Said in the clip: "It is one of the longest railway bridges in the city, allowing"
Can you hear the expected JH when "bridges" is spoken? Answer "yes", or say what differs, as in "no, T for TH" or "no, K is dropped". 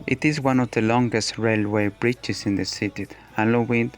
no, CH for JH